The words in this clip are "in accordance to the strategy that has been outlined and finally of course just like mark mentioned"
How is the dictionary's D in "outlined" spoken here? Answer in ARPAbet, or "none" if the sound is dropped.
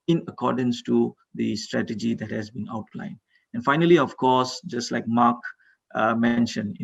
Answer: D